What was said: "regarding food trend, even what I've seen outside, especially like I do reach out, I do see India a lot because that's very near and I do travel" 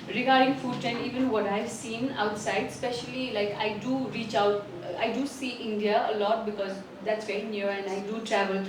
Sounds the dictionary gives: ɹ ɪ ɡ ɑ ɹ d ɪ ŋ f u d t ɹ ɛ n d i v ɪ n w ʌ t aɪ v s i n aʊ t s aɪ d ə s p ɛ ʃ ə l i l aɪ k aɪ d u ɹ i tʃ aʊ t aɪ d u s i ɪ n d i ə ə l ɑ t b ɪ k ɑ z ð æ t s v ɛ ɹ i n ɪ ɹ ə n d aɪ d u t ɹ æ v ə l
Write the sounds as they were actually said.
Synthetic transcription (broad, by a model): ɹ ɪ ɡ ɑ ɹ d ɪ ŋ f u d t ɛ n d i v ɪ n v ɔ t aɪ v s i n aʊ t s aɪ d s p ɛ ʃ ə l i l aɪ k aɪ d u ɹ i tʃ aʊ t aɪ d u s i ɪ n d i ə ə l ɑ t b ɪ k ɑ z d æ t s v ɛ ɹ i n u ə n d aɪ d u t ɹ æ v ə l